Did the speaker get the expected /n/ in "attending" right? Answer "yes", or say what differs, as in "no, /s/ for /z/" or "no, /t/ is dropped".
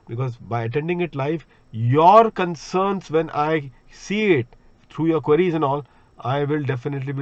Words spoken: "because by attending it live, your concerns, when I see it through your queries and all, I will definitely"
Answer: yes